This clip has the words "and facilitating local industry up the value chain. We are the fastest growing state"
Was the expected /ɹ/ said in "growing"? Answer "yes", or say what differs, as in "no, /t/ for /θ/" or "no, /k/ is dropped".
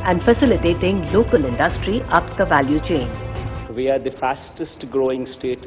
yes